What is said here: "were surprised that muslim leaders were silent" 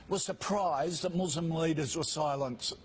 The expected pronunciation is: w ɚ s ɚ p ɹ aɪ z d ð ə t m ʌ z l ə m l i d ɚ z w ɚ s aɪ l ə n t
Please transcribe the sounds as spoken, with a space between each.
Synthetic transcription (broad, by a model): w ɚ s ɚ p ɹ aɪ z ð ə t m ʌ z l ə m l i d ɚ z w ɚ s aɪ l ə n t